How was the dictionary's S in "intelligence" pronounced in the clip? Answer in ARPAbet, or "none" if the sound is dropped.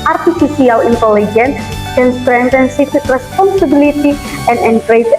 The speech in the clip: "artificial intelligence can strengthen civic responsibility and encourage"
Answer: none